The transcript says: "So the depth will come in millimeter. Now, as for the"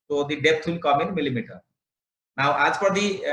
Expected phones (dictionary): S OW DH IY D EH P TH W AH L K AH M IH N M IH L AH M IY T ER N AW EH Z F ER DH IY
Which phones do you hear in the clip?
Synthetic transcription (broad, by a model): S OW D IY D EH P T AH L K AH M IH N M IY L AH M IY T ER N AW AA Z P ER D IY